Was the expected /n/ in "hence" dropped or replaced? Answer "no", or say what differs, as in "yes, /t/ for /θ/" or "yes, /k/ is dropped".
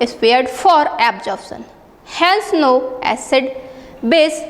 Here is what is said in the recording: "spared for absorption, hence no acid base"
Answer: yes, /l/ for /n/